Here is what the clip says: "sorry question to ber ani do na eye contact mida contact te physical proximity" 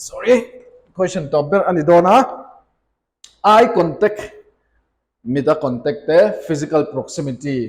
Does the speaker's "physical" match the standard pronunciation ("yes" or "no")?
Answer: no